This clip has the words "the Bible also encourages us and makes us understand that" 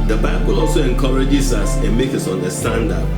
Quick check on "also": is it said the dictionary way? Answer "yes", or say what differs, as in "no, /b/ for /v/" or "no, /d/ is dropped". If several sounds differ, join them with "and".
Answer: yes